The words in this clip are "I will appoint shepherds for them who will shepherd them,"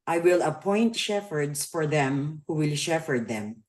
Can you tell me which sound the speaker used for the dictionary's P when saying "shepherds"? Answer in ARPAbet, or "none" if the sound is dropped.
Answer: F